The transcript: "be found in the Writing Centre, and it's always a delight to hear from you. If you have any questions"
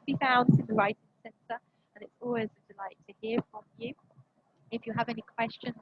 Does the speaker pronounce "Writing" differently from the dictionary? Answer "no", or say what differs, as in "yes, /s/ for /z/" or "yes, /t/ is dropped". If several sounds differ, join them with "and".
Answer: no